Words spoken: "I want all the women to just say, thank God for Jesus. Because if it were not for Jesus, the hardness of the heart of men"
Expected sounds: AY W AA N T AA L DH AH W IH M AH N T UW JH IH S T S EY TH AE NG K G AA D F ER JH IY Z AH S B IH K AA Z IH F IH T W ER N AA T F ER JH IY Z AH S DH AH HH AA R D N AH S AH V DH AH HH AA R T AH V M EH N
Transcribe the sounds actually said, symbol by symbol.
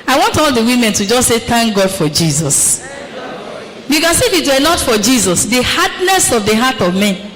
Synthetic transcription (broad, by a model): AY W AA N T AA L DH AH W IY M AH N T UW JH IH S S EY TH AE NG K G AA D F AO JH IY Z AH S B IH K AA S IH F IH T W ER N AA T F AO JH IY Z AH S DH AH HH AA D N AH S AH V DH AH HH AA T AH V M EH N